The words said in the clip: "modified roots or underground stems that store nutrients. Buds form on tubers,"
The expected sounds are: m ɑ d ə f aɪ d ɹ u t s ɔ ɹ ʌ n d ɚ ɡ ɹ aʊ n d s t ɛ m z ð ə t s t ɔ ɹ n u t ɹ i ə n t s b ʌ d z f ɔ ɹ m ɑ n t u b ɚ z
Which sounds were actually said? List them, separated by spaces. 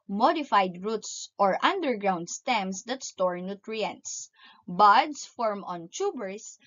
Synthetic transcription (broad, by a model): m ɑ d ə f aɪ d ɹ u t s ɔ ɹ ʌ n d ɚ ɡ ɹ aʊ n d s t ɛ m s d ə t s t ɔ ɹ n u t ɹ i ə n t s b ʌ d s f ɔ ɹ m ɑ n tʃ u b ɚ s